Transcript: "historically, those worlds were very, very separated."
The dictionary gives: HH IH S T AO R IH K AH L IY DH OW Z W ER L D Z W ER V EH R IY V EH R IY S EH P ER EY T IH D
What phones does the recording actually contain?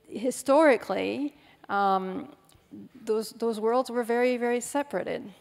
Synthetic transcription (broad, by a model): HH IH S T AO R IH K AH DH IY DH OW Z W ER L D Z W ER V EH R IY V EH R IY S EH P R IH T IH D